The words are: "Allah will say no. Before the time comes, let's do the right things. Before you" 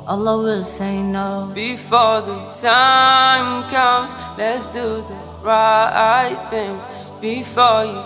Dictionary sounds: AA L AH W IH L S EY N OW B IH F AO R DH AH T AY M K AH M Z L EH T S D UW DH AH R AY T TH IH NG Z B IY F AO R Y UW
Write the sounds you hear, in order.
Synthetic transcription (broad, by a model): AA L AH W IH L S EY N OW B IH F AO R DH AH T AY M K AH M Z L EH T S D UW DH AH R AY T TH IH NG Z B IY F AO R Y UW